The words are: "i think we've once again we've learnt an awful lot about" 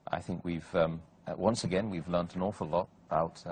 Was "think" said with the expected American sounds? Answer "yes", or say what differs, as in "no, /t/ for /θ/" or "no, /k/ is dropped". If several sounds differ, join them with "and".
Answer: yes